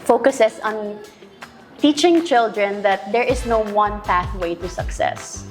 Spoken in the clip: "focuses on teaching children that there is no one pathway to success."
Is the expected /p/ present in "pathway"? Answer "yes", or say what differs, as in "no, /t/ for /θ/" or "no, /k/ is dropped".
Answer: yes